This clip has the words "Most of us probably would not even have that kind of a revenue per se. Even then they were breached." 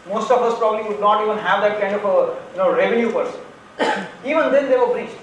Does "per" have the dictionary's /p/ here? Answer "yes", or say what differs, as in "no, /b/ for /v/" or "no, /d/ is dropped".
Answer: yes